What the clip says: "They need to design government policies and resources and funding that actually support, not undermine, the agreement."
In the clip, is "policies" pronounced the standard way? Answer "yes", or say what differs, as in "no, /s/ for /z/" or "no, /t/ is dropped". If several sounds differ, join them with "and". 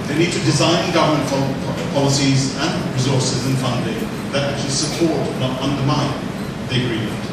yes